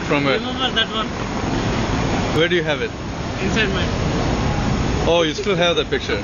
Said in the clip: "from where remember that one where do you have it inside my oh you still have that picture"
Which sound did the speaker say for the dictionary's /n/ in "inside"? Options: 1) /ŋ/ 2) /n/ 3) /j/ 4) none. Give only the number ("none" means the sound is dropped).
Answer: 4